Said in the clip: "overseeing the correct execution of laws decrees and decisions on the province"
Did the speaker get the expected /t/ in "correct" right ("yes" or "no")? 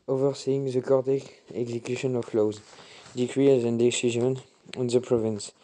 no